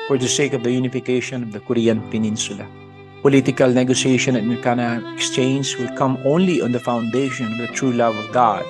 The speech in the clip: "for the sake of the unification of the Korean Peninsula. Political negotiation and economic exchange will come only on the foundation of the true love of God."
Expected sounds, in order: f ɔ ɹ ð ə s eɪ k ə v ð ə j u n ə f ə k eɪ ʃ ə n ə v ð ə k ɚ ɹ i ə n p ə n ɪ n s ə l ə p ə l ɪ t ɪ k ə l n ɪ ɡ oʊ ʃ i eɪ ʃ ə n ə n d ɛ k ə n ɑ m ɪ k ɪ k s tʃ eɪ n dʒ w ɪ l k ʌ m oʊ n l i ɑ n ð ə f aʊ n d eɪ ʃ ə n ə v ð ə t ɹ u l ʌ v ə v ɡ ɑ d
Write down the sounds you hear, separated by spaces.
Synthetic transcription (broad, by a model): f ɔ ɹ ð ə s eɪ k ə v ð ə j u n ə f ə k eɪ ʃ ə n ə v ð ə k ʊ ɹ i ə n p ə n ɪ n s ə l ə p ə l ɪ t ɪ k ə l n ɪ ɡ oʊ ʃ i eɪ ʃ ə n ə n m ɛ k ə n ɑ ɪ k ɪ k s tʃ eɪ n z w ɪ l k ʌ m oʊ n l i ɑ n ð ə f aʊ n d eɪ ʃ ə n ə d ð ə t ɹ u l ʌ v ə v ɡ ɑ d